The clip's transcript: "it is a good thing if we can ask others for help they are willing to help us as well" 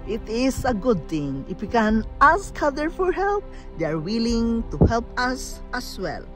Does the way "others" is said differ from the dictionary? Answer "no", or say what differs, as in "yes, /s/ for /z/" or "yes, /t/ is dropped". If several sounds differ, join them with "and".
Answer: yes, /z/ is dropped